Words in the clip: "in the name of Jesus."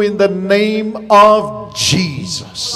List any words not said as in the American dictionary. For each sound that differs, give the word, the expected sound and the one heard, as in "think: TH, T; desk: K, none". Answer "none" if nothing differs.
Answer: none